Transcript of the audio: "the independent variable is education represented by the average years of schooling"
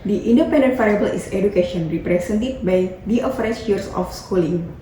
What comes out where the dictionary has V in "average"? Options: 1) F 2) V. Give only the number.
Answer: 1